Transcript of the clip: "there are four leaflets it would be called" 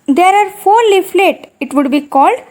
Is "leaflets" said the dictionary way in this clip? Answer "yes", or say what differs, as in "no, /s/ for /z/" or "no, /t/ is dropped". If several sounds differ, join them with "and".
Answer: no, /s/ is dropped